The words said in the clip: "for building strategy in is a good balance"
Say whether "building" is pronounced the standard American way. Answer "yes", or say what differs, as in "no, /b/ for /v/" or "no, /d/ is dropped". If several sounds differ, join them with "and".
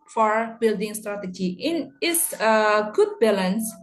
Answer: yes